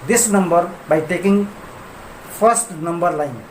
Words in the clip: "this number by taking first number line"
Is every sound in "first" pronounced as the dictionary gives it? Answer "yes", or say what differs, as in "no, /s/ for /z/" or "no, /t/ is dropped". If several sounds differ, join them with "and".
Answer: no, /p/ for /f/